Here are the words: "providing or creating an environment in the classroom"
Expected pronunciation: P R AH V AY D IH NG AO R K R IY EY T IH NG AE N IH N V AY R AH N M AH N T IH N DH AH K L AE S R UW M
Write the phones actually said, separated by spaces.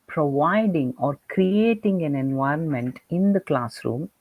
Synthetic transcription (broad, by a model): P R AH V AY D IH NG AO R K R IY EY T IH NG AE N IH N V AY R AH N M AH N T IH N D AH K L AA S R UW M